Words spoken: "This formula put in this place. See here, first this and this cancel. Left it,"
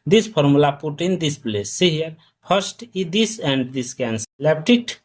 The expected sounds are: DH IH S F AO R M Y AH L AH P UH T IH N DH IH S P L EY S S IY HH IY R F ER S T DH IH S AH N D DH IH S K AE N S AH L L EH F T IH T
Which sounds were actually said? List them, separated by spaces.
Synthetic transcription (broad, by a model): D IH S P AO R M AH L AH P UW T IH N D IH S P L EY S S IY HH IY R P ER S T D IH S AH N D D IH S K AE N S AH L L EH P T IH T